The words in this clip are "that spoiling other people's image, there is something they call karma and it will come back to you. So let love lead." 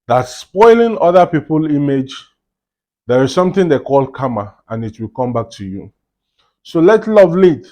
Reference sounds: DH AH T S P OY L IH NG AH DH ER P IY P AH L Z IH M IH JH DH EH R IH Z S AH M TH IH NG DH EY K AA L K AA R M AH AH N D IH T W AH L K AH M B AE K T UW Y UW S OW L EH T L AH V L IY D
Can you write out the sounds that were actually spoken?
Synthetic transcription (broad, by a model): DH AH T S P OY L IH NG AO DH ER P IY P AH L IY M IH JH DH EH R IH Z S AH M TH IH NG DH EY K AA L K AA M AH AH N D IH T W AH L K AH M B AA K T UW Y UW S OW L EH T L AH V L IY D